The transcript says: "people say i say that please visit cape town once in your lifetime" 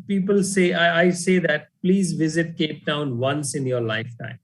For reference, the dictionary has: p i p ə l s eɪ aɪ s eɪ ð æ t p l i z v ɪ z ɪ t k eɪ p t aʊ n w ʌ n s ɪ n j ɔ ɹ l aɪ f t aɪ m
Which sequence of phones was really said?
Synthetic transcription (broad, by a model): p i p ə l s eɪ aɪ s eɪ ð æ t p l i z v ɪ z ɪ t k eɪ p t aʊ n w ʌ n s ɪ n j ɔ ɹ l aɪ f t aɪ m